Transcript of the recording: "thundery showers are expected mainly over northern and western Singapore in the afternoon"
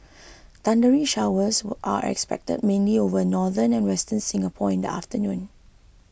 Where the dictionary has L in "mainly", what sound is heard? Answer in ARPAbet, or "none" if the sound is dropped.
L